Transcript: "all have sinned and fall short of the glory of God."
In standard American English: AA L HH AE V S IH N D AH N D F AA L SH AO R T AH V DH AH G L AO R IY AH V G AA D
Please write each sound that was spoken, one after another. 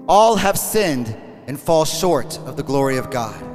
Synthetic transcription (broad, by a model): AA L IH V S IH N D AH N F AA L SH AO R T AH V DH AH G L AO R IY AH V G AA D